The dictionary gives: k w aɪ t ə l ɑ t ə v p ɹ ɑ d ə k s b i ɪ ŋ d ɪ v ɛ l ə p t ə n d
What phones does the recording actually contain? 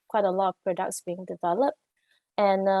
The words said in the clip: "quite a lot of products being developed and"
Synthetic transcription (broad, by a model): k w aɪ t ə l ɑ t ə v p ɹ ɑ d ə k s b i ɪ ŋ d ɪ v ɛ l ə p t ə n